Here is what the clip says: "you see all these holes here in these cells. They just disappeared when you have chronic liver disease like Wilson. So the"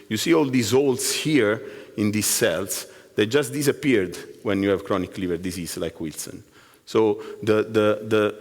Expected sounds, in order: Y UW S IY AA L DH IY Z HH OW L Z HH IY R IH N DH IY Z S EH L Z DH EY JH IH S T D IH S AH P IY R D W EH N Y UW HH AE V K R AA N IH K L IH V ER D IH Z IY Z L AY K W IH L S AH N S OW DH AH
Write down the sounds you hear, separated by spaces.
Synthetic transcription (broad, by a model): Y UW S IY AA L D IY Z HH OW L S HH IY R IH N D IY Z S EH L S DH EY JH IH S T D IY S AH P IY R D W EH N Y UW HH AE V K R AA N IH K L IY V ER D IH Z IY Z L AY K W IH L S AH N S OW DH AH